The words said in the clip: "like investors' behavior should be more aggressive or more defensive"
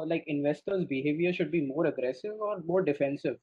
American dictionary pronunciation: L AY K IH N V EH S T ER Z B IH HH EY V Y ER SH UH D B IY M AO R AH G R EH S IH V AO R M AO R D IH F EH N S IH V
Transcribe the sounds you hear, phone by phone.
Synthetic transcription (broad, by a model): L AY K IH N V EH S T ER Z B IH HH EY V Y ER SH UH D B IY M AO R AH G R EH S IH V AO R M AO R D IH F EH N S IH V